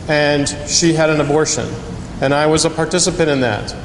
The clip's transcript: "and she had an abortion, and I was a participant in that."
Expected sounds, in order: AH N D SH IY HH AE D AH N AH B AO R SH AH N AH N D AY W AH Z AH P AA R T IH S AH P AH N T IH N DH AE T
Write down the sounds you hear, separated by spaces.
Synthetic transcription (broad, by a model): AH N SH IY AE D AH N AH B AO R SH AH N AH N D AY W AH Z AH P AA R T IH S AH P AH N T IH N DH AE T